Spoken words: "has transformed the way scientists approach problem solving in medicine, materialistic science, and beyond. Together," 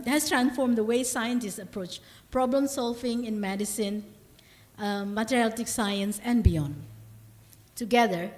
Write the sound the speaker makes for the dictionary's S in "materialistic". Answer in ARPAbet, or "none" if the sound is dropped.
none